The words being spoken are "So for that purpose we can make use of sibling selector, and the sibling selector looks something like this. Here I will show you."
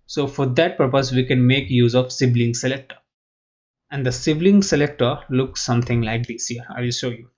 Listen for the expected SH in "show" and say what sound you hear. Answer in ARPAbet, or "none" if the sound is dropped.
SH